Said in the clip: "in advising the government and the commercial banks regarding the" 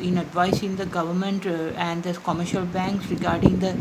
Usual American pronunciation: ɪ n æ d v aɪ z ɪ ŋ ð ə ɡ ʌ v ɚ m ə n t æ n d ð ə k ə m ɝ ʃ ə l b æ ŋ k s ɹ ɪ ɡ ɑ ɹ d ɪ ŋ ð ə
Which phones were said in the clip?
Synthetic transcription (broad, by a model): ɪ n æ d v aɪ s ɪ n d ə ɡ ʌ v ɚ m ə n t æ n d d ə k ə m ɝ ʃ ə l b æ ŋ k s ɹ ɪ ɡ ɑ ɹ d ɪ ŋ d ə